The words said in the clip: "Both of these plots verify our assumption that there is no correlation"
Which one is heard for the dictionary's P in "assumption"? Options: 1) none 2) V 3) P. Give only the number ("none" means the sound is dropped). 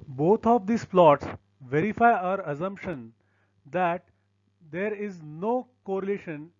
3